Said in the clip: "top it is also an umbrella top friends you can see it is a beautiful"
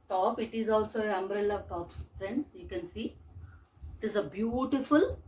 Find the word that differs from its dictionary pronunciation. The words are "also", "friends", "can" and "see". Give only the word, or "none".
friends